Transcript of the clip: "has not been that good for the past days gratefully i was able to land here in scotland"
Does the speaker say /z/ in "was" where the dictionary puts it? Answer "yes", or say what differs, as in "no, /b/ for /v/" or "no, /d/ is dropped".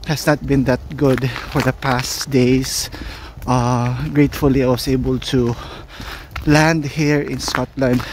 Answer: no, /s/ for /z/